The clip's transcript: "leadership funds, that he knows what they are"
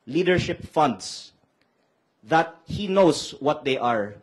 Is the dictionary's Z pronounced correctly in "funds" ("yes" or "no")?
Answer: no